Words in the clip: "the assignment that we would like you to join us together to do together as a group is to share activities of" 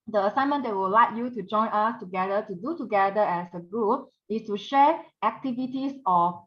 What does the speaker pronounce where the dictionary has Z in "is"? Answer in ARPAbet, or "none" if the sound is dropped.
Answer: S